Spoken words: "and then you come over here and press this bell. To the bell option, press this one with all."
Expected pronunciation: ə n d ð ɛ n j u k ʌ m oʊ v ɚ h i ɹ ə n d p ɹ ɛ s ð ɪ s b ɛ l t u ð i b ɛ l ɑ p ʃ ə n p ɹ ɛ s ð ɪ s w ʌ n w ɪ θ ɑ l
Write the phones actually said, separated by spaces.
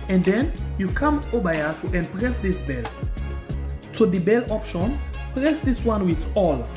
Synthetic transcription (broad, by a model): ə n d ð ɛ n j u k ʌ m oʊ b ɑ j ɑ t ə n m p ɹ ɛ s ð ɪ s b ɛ l t u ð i b ɛ l ɑ p ʃ ə n p ɹ ɛ s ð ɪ s w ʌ n w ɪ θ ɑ l